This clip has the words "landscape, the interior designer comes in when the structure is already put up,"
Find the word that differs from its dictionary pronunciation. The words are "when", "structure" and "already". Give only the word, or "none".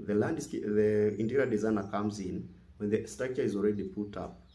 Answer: structure